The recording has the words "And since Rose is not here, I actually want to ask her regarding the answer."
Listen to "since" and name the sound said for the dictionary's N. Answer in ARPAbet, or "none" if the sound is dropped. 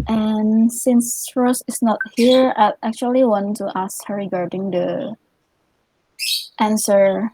N